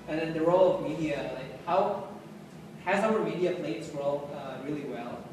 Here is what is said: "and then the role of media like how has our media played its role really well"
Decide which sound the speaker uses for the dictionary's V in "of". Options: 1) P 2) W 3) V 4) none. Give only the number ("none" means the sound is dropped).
3